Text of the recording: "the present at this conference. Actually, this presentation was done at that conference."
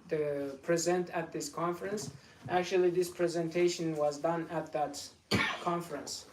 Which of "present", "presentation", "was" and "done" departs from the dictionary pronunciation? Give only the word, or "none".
none